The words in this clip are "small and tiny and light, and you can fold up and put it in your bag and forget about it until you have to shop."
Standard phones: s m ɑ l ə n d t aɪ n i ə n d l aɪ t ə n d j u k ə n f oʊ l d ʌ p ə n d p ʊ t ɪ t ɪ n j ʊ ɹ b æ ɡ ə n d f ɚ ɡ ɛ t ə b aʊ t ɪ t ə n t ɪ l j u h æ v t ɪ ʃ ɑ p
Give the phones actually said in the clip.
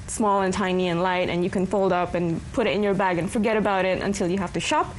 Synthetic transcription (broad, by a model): s m ɑ l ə n t aɪ n i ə n l aɪ t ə n j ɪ k ə n f oʊ l d ʌ p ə n p ʊ t ɪ t ɪ n j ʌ ɹ b æ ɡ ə n f ɚ ɡ ɛ t ə b aʊ t ɪ t ə n t ɪ l j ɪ h æ f t ɪ ʃ ɑ p